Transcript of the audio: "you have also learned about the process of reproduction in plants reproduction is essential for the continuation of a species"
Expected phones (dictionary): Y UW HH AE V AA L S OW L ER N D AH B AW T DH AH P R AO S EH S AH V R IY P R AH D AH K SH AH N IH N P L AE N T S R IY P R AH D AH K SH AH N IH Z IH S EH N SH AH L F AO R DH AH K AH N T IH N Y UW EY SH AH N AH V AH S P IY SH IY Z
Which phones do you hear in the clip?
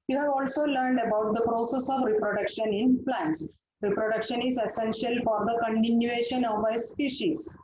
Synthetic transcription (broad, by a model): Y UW HH AE V AA L S OW L ER N D AH B AW T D AH P R AO S EH S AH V R IY P R AH D AH K SH AH N IH N P L AE N T S R IY P R AH D AH K SH AH N IH Z IH S EH N SH AH L F AO R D AH K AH N T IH N Y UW EY SH AH N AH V AH S P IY SH IY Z